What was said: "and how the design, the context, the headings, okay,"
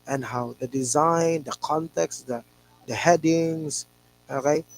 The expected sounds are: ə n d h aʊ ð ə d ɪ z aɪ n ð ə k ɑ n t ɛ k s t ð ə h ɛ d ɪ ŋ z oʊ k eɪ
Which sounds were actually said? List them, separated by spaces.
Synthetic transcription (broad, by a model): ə n h aʊ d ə d ɪ z aɪ n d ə k ɑ n t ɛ k s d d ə h ɛ d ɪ ŋ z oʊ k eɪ